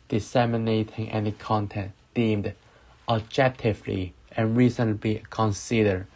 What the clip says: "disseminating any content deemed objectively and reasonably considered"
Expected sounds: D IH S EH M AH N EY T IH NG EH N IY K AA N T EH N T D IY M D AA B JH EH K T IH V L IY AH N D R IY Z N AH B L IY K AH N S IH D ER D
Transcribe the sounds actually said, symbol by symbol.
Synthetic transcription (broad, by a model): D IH S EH M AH N EY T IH NG EH N IY K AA N T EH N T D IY M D AA B JH EH K T IH V L IY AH N R IY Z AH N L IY K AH N S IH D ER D